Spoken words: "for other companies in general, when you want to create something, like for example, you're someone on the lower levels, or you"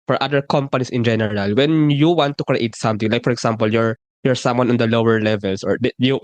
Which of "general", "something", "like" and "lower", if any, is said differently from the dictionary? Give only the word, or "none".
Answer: something